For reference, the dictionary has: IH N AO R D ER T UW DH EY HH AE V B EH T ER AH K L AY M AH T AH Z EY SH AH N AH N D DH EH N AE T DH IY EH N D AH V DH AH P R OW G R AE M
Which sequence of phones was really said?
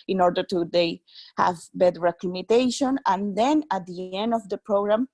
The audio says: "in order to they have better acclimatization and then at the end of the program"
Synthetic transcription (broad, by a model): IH N AO R D ER T UW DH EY HH AE V B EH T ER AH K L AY M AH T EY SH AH N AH N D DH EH N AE T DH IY EH N D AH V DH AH P R OW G R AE M